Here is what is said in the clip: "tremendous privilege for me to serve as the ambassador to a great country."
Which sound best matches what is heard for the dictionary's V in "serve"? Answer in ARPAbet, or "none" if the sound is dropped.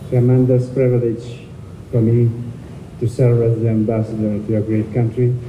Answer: none